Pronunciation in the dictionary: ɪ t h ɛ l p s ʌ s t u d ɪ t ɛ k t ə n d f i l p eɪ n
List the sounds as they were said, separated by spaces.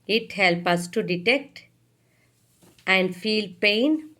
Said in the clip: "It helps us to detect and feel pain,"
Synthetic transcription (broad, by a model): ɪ t h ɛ l p ʌ s t u d ɪ t ɛ k t ə n d f i l p eɪ n